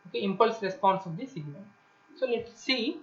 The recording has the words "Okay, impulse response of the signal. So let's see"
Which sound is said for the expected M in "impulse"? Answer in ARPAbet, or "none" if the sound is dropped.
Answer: M